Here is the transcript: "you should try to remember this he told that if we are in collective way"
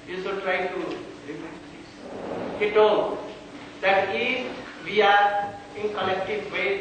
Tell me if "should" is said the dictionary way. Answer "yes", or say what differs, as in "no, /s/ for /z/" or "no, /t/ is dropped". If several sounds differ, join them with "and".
no, /s/ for /ʃ/